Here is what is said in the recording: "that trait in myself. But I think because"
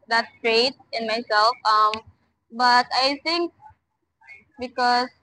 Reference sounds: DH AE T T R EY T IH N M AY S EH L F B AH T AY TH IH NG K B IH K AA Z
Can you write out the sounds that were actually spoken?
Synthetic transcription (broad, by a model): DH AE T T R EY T IH N M AY S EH L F B AH T AY T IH NG K B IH K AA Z